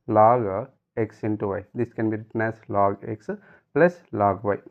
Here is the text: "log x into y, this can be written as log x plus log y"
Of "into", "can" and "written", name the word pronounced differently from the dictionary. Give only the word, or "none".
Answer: none